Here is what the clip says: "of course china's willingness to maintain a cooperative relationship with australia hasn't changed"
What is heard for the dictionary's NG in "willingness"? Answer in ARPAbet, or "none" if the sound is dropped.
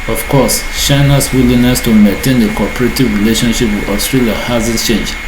none